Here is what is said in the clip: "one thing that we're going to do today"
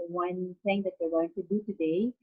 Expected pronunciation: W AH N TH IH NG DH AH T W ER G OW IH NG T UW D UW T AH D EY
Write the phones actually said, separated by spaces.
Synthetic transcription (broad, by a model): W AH N S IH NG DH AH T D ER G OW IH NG T UW D UW T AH D EY